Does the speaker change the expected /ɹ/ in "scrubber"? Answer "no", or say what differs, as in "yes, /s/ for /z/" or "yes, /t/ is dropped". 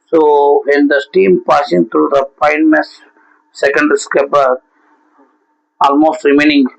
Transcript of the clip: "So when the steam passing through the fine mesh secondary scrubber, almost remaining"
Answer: yes, /ɹ/ is dropped